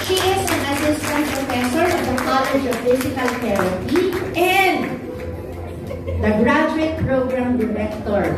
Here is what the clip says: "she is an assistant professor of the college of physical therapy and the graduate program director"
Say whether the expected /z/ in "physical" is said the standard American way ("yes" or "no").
no